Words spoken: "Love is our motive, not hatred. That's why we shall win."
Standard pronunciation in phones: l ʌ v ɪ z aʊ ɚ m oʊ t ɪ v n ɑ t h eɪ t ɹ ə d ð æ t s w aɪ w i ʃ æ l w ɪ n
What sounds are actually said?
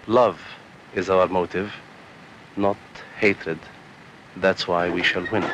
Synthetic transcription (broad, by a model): l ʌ v ɪ z aʊ ɚ m oʊ t ɪ v n ɑ t h eɪ t ɹ ə d ð æ t s w aɪ w i ʃ æ l w ɪ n